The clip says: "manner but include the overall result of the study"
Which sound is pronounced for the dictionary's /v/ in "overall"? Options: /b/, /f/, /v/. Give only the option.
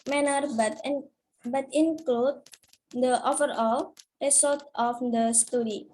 /f/